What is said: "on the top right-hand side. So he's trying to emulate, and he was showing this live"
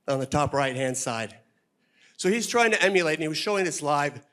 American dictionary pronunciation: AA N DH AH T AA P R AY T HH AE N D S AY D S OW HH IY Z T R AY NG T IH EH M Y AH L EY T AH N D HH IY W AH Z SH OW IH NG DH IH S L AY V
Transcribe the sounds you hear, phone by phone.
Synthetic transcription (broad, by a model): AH N DH AH T AA P R AY T HH AE N D S AY D S OW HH IY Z T R AY NG T IH EH M Y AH L EY AH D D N IY W AH Z SH OW IH NG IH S L AY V